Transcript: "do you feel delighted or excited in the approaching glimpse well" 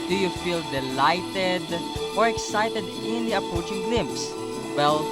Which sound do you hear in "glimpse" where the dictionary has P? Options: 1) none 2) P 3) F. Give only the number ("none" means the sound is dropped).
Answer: 2